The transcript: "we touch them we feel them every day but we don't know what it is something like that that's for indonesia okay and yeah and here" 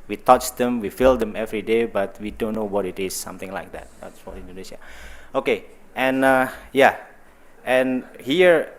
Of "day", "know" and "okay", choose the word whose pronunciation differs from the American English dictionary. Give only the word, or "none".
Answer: none